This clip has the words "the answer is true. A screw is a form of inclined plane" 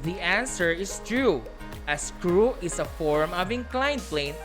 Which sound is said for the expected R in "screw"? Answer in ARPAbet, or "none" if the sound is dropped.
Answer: R